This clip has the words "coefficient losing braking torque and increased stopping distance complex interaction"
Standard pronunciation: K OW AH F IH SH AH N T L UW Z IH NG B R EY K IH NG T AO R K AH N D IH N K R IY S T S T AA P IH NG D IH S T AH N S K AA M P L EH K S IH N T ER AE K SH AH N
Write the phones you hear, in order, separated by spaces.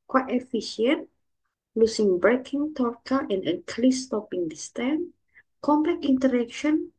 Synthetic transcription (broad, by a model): K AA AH F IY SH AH N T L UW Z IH NG B R EY K IH NG T AO R K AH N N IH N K L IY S S T AA P IH NG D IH S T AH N K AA M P L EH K IY N T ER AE K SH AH N